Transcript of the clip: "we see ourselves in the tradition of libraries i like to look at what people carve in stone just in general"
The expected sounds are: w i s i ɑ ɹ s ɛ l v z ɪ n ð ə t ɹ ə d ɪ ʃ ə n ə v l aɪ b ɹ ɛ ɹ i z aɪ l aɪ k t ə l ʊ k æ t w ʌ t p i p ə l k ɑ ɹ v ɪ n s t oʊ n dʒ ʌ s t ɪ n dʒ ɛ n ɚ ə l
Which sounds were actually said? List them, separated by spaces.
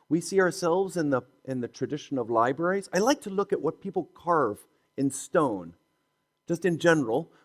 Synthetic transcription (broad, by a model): w i s i ɑ ɹ s ɛ l v z ɪ n ð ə t ɹ ə d ɪ ʃ ə n ə v l aɪ b ɹ ɛ ɹ i z aɪ l aɪ k t ə l ʊ k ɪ t w ʌ t p i p l k ɑ ɹ v ɪ n s t oʊ n dʒ ʌ s t ɪ n dʒ ɛ n ɚ l